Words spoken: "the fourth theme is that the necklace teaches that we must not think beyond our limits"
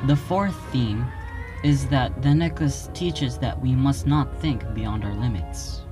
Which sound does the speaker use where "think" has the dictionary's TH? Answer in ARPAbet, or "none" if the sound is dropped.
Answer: TH